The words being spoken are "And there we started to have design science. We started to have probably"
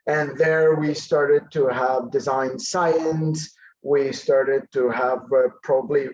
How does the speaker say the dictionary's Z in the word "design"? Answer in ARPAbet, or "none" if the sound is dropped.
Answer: Z